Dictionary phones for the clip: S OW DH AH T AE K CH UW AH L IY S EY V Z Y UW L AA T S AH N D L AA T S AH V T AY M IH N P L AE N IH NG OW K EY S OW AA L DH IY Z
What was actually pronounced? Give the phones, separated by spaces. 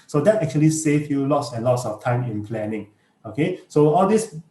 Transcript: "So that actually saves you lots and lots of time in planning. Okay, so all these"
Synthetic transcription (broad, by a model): S OW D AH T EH K CH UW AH L IY S EY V Y UW L AA T S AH N L AA T S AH F T AY M IH N P L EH N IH NG OW K EY S OW AA L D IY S